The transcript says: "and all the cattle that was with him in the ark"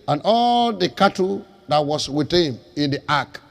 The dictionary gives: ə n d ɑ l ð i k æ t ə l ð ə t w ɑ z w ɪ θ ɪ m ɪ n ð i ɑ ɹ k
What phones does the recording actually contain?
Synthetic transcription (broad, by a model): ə n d ɑ l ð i k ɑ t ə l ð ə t w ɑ s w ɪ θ ɪ m ɪ n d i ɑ k